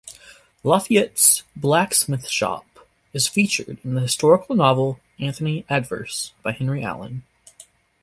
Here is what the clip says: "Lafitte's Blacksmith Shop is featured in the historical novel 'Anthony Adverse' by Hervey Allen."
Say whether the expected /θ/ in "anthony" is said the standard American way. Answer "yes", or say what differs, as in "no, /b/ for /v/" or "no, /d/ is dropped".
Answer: yes